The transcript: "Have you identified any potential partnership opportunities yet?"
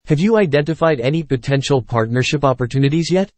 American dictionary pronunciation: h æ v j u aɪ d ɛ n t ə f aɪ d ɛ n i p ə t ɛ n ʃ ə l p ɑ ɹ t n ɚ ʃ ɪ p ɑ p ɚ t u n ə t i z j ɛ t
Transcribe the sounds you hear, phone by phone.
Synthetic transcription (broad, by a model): h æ v j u aɪ d ɛ n t ə f aɪ d ɛ n i p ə t ɛ n ʃ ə l p ɑ ɹ t n ɚ ʃ ɪ p ɑ p ɚ t u n ə t i z j ɛ t